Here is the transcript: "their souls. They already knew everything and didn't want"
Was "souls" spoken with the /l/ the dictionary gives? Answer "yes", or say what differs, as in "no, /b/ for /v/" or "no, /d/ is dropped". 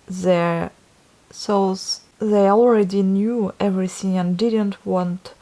no, /l/ is dropped